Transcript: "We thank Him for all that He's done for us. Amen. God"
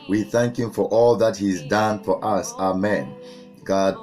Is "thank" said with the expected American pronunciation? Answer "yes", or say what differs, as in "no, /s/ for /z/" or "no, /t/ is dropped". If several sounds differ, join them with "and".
yes